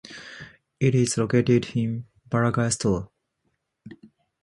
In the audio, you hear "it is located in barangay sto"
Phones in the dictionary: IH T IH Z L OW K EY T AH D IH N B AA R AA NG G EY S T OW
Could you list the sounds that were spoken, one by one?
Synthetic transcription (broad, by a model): IH T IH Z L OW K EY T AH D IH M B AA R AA G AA S T OW